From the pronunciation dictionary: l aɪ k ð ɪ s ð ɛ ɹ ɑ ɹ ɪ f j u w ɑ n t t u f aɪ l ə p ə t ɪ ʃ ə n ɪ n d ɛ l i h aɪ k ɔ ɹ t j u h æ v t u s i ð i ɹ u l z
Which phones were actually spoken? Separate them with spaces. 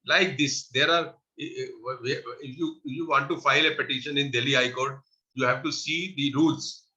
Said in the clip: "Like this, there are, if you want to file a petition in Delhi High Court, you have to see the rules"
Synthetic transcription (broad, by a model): l aɪ k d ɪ s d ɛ ɹ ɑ ɹ ɪ f j u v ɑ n t t u f aɪ l ə p ə t ɪ ʃ ə n ɪ n d ɛ l i h aɪ k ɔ ɹ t j u h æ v t u s i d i ɹ u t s